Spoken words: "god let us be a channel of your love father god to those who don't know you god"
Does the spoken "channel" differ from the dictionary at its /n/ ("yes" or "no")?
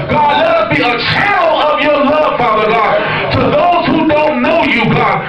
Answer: yes